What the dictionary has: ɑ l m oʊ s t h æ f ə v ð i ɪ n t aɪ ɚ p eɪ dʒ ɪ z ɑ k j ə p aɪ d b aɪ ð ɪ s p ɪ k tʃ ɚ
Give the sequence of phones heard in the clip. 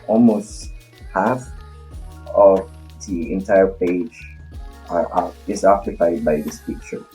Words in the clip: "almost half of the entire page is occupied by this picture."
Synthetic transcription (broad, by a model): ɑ l m oʊ s t h æ f ə v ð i ɪ n t aɪ ɚ p eɪ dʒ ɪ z ɑ k j ə p aɪ d b aɪ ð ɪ s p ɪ k tʃ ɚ